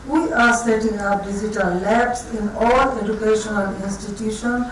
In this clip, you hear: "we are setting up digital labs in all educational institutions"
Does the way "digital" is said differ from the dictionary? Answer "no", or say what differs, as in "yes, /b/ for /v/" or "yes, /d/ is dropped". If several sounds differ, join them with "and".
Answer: yes, /z/ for /dʒ/